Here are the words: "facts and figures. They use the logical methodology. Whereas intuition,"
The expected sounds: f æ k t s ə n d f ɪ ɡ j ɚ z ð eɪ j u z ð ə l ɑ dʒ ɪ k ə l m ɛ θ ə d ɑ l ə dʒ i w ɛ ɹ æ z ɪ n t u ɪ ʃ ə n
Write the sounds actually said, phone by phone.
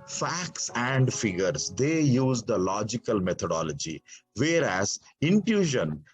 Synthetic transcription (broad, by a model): f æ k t s ə n d f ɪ ɡ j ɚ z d eɪ j u z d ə l ɑ dʒ ɪ k ə l m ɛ t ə d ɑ l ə dʒ i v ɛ ɹ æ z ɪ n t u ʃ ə n